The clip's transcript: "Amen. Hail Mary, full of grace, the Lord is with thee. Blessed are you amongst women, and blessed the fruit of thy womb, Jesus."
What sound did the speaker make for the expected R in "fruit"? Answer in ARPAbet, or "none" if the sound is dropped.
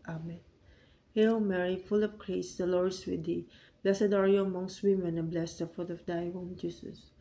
none